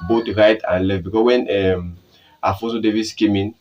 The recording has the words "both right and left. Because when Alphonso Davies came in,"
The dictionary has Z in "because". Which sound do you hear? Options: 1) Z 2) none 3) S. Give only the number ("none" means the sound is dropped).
3